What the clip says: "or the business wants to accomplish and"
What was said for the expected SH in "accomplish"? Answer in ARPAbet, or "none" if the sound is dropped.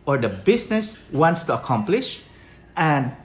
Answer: SH